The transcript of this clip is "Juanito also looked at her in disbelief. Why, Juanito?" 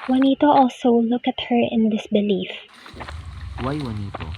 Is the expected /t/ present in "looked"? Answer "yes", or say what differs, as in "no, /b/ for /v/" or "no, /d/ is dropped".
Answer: no, /t/ is dropped